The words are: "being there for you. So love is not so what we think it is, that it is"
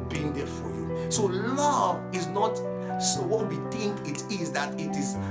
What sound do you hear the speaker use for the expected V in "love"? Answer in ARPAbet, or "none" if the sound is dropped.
V